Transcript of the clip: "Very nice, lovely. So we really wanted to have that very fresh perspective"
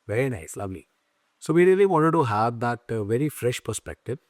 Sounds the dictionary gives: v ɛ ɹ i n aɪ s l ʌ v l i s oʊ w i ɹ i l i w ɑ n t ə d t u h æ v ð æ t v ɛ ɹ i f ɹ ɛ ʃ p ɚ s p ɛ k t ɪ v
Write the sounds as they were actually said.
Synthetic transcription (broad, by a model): v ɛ ɹ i n aɪ s l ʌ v l i s oʊ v i ɹ i l i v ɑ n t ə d t u h æ v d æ t v ɛ ɹ i f ɹ ɛ ʃ p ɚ s p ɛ k t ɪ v